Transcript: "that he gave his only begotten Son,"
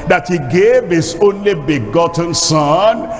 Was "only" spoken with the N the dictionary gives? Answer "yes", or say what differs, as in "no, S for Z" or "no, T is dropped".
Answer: yes